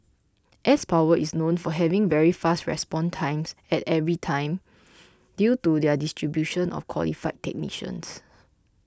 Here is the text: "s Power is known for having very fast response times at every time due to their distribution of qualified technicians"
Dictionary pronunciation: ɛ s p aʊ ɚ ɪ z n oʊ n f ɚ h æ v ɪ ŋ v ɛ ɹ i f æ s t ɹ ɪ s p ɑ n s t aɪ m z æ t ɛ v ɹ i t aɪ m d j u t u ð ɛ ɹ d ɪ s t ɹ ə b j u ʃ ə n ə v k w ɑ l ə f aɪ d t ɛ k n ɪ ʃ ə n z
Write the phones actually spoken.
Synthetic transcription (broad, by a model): ɛ s p aʊ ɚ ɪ s n oʊ n f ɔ h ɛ v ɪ ŋ v ɛ ɹ i f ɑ s t ɹ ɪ s p ɑ n t aɪ m s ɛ t ɛ v ɹ i t aɪ m d j u t u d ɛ d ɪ s t ɹ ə b j u ʃ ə n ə f k w ɑ l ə f aɪ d t ɛ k n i ʃ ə n s